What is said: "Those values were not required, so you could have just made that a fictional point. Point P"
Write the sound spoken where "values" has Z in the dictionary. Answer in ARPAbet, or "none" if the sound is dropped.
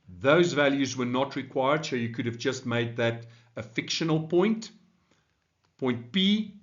Z